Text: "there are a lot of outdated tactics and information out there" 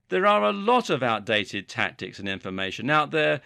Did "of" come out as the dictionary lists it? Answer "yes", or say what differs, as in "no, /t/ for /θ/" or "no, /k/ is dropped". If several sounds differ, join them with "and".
yes